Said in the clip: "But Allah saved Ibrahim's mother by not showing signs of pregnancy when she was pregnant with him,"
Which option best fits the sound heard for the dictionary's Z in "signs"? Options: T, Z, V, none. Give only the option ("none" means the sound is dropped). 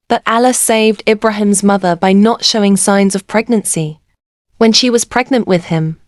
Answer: Z